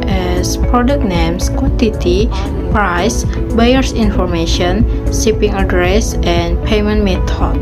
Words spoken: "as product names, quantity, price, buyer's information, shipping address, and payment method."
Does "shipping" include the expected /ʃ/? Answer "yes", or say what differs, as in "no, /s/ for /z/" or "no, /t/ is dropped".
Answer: no, /s/ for /ʃ/